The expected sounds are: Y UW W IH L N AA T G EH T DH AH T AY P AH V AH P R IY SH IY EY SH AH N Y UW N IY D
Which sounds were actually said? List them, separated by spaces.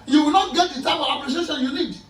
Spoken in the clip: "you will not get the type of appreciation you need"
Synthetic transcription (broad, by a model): Y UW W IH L N AA T G EH T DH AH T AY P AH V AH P L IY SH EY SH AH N Y UW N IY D